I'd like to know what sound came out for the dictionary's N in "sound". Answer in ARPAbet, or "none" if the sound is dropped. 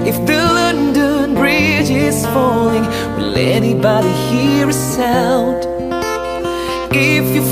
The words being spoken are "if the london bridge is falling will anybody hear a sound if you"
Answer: L